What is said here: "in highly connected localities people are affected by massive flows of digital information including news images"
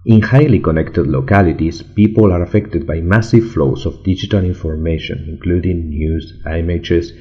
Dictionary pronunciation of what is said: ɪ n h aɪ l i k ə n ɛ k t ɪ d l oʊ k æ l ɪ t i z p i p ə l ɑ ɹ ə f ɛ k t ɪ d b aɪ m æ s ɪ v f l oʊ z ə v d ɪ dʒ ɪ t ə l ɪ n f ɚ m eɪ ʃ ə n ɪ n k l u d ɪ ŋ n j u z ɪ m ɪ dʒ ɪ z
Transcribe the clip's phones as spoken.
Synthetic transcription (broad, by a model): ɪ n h aɪ l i k ə n ɛ k t ɪ d l oʊ k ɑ l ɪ t i s p i p ə l ɑ ɹ ə f ɛ k t ɪ d b aɪ m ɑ s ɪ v f l oʊ s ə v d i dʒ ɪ t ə l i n f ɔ m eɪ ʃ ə n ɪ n k l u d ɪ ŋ n j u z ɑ m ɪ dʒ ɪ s